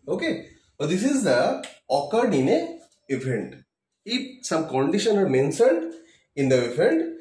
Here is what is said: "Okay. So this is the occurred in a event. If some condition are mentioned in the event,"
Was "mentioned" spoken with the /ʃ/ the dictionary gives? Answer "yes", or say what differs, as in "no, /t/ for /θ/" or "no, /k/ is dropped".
no, /s/ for /ʃ/